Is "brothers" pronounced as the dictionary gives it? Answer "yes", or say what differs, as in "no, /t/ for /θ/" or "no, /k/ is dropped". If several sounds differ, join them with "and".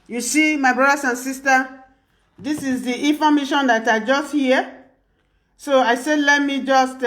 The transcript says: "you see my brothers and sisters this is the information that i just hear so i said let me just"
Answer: no, /s/ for /z/